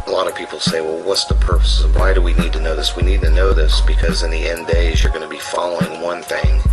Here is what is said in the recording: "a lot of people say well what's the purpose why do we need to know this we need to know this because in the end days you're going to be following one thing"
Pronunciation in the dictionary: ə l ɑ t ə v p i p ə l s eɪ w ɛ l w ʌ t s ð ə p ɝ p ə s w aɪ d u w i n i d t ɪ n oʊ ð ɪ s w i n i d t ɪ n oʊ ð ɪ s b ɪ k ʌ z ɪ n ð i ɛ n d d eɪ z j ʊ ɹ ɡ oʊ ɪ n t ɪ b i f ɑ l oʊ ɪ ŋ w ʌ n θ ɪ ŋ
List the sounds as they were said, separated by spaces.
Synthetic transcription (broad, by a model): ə l ɑ t ə v p i p l s eɪ w ɛ l w ʌ t s ð ə p ɝ p ə s w aɪ d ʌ w i n i d t ɪ n oʊ ð ɪ s w i n i d t ɪ n oʊ ð ɪ s b ɪ k ʌ z ɪ n ð i ɛ n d d eɪ z j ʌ ɹ ɡ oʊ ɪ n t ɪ b i f ɑ l oʊ ɪ ŋ w ʌ n θ ɪ ŋ